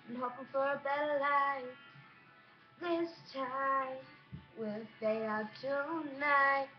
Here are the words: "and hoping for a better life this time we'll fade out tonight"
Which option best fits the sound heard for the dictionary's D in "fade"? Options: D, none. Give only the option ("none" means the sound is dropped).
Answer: none